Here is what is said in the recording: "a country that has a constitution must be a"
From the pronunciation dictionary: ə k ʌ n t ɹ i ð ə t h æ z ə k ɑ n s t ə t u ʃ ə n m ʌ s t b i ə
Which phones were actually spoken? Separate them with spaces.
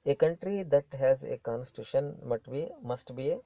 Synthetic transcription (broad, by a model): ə k ʌ n t ɹ i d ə t h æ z ə k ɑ n s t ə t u ʃ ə n m ʌ s t b i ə